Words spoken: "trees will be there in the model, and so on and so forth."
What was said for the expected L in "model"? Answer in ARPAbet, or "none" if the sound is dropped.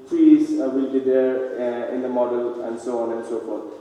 L